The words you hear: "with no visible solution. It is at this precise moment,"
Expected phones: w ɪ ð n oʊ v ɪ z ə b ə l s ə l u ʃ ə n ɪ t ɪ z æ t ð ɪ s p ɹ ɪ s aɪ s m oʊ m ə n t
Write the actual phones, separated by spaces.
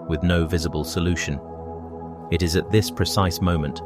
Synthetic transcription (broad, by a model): w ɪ ð n oʊ v ɪ z ə b ə l s ə l u ʃ ə n ɪ t ɪ z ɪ t ð ɪ s p ɹ ɪ s aɪ s m oʊ m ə n t